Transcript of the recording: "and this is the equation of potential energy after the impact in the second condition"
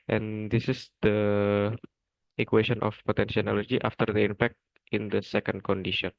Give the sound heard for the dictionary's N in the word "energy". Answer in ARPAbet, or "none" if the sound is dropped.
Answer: L